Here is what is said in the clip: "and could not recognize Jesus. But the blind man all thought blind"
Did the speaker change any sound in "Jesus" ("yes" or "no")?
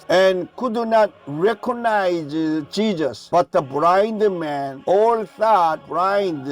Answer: yes